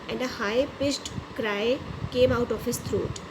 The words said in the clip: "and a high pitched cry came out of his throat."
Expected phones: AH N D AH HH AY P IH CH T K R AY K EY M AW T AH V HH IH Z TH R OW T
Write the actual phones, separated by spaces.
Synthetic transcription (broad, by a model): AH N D AH HH AY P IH S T K R AY K EY M AW T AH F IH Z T R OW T